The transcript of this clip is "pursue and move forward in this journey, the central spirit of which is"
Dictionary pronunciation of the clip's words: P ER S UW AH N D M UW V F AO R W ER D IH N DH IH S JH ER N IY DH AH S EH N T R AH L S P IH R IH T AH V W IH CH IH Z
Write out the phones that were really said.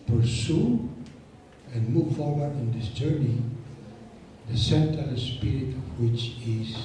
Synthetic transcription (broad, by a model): P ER S UW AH N M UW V F AO R W ER D IH N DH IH S JH ER N IY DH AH S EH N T AH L S P IH R IH T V W IH CH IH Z